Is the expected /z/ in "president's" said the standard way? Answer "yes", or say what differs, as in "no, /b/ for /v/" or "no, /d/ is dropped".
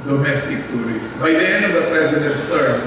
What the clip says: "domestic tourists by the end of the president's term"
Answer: no, /s/ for /z/